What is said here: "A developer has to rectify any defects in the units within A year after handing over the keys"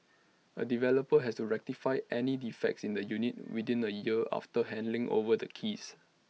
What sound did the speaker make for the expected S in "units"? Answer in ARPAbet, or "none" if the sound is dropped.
none